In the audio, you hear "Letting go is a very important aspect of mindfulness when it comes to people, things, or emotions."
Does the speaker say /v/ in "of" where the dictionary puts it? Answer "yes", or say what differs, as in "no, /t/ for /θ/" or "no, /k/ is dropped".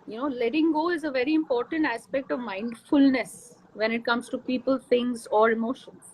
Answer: yes